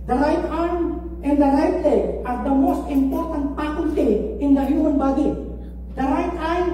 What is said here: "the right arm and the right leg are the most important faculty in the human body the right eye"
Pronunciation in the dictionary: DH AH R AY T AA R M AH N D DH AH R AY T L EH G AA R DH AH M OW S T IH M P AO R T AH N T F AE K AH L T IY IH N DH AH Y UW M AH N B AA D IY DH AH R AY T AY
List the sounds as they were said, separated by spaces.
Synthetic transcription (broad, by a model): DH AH R AY T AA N AH N D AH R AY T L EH AA R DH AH M OW S T IH M P AO R T AH N T P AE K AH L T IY IH N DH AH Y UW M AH N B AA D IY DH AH R AY T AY